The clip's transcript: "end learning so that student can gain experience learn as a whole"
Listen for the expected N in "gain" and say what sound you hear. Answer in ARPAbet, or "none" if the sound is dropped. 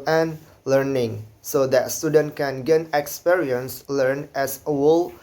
N